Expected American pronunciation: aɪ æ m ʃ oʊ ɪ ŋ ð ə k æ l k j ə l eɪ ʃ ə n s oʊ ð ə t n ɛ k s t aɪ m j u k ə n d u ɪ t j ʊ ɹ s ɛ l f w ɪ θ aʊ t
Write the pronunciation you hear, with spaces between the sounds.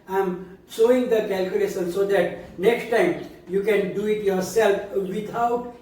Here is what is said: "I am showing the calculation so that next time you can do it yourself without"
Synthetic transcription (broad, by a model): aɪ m s oʊ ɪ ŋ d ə k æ l k j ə l eɪ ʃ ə n s oʊ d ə t n ɛ k s t aɪ m j u k ə n d u ɪ t j ʊ ɹ s ɛ l f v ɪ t aʊ t